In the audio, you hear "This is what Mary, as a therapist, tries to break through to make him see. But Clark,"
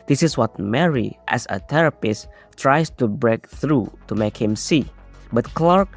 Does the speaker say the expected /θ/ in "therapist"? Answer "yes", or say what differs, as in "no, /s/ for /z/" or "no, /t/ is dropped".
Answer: no, /t/ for /θ/